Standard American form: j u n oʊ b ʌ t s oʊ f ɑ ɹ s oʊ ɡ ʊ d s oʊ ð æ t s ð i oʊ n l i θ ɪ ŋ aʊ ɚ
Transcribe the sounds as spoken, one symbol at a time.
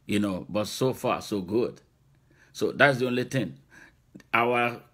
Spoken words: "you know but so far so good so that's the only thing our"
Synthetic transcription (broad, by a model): j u n oʊ b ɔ t s oʊ f ɑ s oʊ ɡ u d s oʊ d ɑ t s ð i oʊ n l i t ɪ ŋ aʊ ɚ